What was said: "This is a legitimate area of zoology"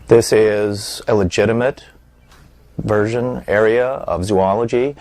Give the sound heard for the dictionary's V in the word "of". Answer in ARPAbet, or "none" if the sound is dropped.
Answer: V